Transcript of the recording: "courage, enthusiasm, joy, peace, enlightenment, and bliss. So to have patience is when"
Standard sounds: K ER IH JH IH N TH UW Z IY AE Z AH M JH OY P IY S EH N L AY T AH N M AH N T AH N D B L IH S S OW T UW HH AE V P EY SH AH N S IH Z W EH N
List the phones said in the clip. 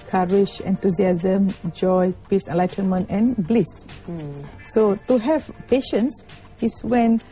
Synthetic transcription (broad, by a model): K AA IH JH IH N T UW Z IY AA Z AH M JH OY P IY S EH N L AY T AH N M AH N T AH N B L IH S S OW T UW HH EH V P EY SH AH N S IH S W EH N